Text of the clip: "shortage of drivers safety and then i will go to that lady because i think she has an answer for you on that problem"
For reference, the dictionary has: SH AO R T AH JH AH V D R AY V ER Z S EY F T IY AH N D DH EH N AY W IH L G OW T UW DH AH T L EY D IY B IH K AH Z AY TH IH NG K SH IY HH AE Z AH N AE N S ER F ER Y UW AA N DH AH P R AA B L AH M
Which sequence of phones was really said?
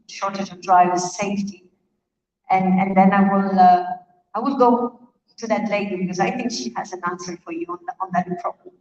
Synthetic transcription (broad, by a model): SH AO R T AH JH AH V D R AY V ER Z S EY F T IY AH N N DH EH N AY W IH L G OW T UW DH AH T L EY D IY B IH K AH Z AY TH IH NG K SH IY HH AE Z AH N AE N S ER F ER Y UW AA N DH AH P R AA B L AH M